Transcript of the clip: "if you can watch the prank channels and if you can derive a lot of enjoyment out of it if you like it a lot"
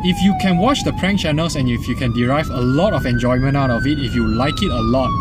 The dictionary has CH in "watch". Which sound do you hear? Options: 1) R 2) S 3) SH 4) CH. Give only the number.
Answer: 4